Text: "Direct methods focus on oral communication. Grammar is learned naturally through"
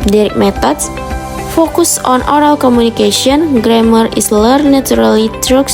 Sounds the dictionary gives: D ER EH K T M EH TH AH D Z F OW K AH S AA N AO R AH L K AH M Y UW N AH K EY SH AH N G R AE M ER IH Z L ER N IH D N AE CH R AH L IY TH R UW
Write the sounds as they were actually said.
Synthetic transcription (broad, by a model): D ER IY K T M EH T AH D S F OW K AH S AA N AO R AH L K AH M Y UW N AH K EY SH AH N G R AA M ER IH S L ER N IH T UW R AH L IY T R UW